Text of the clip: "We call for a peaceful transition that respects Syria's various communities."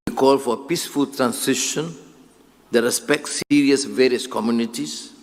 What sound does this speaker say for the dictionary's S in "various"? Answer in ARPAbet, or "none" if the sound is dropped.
S